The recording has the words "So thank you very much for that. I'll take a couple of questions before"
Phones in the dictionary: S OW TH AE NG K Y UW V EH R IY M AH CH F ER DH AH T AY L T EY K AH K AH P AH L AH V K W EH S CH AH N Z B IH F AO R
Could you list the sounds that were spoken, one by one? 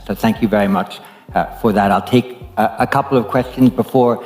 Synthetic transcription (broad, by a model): S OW TH AE NG K Y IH V EH R IY M AH CH F ER DH AH T AY L T EY K AH K AH P L AH V K W EH S CH AH N Z B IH F AO R